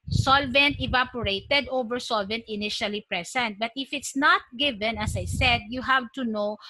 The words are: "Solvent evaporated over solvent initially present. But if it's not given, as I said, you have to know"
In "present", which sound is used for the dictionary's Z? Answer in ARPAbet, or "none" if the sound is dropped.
S